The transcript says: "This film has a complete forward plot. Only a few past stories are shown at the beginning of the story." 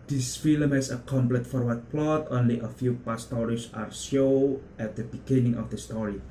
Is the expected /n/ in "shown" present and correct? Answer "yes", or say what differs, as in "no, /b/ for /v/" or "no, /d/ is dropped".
no, /n/ is dropped